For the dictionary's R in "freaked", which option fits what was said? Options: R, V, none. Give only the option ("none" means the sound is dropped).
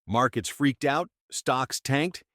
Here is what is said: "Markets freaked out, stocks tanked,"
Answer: R